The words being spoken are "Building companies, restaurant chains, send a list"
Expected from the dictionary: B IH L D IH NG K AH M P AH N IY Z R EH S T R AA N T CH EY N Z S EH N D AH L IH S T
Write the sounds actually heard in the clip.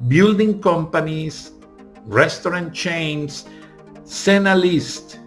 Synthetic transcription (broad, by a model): B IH L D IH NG K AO M P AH N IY S R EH S T R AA N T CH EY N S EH N AH L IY S T